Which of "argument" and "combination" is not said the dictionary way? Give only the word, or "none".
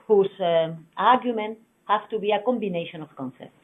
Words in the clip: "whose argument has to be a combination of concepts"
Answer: none